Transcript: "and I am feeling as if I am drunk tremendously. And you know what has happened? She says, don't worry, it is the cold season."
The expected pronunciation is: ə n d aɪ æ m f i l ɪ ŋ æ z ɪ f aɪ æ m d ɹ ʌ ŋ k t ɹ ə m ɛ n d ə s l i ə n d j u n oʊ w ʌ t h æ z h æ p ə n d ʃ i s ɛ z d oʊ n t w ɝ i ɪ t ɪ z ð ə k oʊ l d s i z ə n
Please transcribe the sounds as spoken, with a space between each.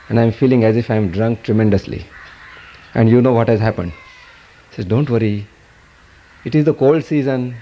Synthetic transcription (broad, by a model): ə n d aɪ m f i l ɪ ŋ æ z ɪ f aɪ m d ɹ ʌ ŋ k t ɹ ə m ɛ n d ə s l i ə n d j u n oʊ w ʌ t h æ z h æ p ə n d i s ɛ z d oʊ n t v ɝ i ɪ t ɪ z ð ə k oʊ l d s i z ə n